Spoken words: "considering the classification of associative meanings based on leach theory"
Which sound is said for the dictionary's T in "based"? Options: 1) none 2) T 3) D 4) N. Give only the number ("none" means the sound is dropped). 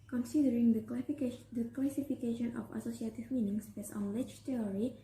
1